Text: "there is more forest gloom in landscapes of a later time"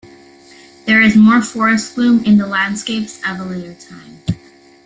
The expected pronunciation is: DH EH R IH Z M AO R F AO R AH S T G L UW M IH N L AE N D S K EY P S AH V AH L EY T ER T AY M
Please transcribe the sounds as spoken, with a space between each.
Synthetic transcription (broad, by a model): DH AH R IH Z M AO R F AO R AH S T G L UW M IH N L AE N D S K EY P S AH V AH L EY T ER T AY M